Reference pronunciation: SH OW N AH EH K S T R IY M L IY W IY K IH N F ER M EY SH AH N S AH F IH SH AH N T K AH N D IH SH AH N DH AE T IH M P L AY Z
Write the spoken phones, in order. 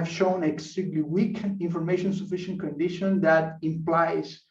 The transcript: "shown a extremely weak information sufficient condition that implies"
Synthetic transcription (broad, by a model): SH OW N AH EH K S T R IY L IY W IY K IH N F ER M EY SH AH N S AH F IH SH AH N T K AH N D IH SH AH N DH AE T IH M P L AY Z